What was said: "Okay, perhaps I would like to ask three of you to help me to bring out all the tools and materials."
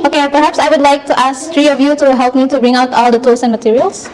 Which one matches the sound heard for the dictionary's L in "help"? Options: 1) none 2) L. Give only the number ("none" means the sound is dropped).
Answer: 2